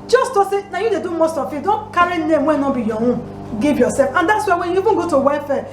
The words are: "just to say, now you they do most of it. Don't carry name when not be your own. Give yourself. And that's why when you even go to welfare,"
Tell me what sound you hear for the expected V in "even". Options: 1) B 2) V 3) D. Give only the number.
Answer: 1